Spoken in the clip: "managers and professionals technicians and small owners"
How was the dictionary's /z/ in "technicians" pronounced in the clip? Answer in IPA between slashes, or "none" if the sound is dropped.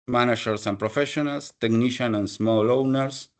none